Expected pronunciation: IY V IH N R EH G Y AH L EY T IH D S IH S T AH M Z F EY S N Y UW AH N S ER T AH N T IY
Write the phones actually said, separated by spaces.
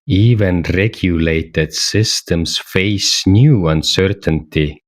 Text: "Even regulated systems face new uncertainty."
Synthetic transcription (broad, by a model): IY V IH N R EH G Y AH L EY T IH D S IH S T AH M S F EY S N Y UW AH N S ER T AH N T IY